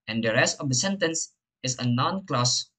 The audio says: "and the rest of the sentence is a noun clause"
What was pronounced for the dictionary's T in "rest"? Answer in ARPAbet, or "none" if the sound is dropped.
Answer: T